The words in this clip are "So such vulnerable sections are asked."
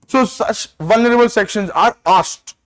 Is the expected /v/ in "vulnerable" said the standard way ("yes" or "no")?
yes